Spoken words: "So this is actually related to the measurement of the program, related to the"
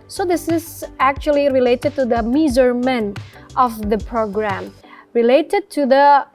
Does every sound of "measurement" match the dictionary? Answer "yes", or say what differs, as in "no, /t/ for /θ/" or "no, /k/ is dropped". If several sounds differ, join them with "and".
no, /z/ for /ʒ/